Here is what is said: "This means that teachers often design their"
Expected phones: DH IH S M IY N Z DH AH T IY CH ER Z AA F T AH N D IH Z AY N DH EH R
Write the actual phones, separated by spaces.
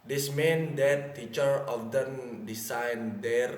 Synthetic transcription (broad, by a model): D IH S M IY N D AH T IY CH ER AA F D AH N D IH S AY N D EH R